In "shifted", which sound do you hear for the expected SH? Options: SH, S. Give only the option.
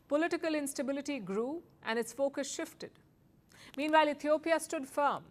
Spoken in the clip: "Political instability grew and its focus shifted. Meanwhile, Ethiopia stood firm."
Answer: SH